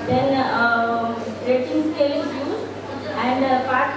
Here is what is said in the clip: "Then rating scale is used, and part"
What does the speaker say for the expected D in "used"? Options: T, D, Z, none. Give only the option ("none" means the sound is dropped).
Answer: none